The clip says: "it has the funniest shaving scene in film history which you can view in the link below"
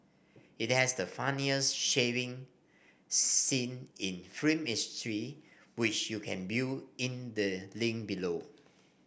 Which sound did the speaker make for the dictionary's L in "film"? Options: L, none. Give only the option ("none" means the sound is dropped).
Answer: none